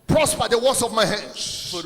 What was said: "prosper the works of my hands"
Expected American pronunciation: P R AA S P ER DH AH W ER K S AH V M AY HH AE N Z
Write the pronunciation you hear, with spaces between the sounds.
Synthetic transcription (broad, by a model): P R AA S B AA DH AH W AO S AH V M AY HH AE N